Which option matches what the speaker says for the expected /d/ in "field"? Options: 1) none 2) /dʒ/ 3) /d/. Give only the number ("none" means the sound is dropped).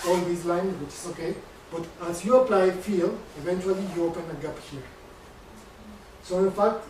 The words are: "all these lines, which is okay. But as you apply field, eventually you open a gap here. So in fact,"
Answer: 1